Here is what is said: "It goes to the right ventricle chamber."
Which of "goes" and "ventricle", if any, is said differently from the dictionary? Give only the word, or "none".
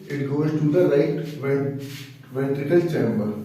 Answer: ventricle